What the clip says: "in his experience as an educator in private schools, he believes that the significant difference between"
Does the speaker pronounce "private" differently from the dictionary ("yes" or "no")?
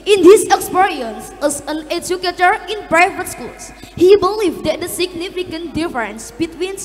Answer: yes